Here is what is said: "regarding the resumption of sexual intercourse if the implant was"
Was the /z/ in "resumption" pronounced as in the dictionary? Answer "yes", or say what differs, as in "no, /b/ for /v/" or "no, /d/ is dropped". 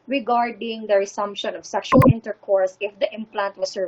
no, /s/ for /z/